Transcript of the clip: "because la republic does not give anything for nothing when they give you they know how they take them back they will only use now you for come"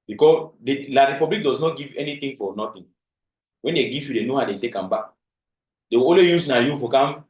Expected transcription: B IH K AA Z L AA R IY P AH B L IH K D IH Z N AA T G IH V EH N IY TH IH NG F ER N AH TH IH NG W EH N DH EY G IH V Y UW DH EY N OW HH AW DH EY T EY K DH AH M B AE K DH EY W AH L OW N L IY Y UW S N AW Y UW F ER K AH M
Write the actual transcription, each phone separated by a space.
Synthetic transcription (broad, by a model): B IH K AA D L AA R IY P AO B L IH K D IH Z N AA T G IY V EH N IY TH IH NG F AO N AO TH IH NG W EH N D EY G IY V Y UW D EY N OW HH AW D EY T EY K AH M B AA K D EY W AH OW L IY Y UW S N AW Y UW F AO K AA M